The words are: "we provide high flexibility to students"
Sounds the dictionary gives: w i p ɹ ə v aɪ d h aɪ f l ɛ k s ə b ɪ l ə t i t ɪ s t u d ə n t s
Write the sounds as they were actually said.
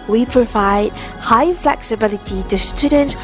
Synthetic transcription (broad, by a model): w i p ɹ ə v aɪ d h aɪ f l ɛ k s ə b ɪ l ə t i t ɪ s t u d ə n t s